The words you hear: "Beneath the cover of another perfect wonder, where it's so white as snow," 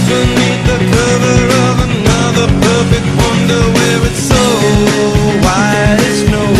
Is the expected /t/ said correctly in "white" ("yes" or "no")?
no